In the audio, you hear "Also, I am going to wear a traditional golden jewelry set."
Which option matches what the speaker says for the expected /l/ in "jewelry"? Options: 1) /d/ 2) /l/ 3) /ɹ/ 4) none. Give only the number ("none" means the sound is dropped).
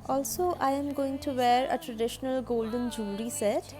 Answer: 4